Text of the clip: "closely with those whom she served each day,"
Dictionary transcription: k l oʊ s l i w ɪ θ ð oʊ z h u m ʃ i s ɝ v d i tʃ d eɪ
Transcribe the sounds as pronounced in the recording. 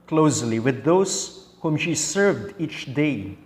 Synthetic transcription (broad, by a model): k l oʊ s l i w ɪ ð oʊ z h u m ʃ i s ɝ v d i tʃ d eɪ